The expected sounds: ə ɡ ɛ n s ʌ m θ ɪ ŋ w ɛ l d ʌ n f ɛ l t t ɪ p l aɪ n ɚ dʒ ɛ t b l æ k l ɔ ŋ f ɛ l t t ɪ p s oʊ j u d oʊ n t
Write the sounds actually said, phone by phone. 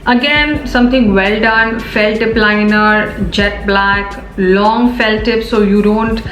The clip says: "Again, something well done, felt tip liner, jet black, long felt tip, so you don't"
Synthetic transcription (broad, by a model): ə ɡ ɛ n s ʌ m t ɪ ŋ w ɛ l d ʌ n f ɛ l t t ɪ p l aɪ n ɚ dʒ ɛ t b l æ k l ɔ ŋ f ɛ l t t ɪ p s oʊ j u d oʊ n t